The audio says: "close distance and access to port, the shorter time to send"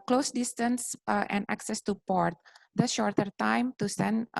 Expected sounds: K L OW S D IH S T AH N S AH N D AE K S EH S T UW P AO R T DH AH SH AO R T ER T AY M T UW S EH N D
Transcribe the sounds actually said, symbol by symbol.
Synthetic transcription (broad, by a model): K L OW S D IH S T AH N S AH N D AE K S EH S T UW P AO R T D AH SH AO R T ER T AY M T UW S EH N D